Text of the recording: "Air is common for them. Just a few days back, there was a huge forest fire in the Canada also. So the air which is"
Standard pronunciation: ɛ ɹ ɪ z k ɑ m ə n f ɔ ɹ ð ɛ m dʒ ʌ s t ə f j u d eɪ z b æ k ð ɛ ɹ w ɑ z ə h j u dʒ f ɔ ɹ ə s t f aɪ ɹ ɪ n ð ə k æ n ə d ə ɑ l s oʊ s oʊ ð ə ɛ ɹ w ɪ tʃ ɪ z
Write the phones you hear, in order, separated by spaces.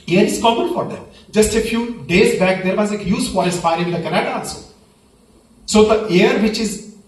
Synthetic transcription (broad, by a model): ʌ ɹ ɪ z k ɑ m ə n f ɔ ɹ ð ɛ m dʒ ʌ s t ə f j u d eɪ z b æ k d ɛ ɹ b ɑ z ə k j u z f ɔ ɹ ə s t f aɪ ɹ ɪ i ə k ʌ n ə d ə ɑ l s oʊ s oʊ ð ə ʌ ɹ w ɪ tʃ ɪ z